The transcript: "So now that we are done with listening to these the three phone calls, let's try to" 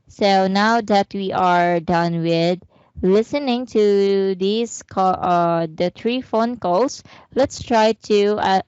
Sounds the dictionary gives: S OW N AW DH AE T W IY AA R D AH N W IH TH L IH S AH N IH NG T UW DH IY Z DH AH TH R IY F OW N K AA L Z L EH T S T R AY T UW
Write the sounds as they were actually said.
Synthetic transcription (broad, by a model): S OW N AW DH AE T W IY AA R D AH N W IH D L IH S AH N IH NG T UW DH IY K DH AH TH R IY F OW N K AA L S L EH T S T R AY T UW